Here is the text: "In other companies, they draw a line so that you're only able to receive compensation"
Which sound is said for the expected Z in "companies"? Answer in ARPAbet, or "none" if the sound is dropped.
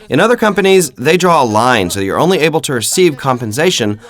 Z